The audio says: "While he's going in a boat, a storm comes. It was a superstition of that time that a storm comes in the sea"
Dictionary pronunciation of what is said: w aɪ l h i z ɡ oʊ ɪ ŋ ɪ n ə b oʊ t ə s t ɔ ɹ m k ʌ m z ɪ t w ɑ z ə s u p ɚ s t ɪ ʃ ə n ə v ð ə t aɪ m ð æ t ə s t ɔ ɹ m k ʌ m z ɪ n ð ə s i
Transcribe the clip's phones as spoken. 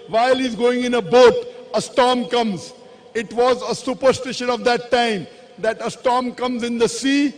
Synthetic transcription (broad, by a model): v aɪ l h i z ɡ oʊ ɪ ŋ ɪ n ə b oʊ t ə s t ɔ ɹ m k ʌ m z ɪ t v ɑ z ə s u p ɚ s t ɪ ʃ ə n ə v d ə t aɪ m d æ t ə s t ɔ ɹ m k ʌ m z ɪ n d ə s i